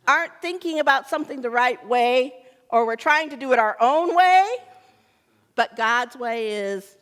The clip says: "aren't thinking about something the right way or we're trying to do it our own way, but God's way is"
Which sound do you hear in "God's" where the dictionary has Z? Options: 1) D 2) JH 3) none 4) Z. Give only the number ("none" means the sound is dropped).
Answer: 4